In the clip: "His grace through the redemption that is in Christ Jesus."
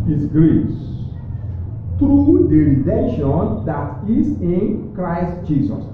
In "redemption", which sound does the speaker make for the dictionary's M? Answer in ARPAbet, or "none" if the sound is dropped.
none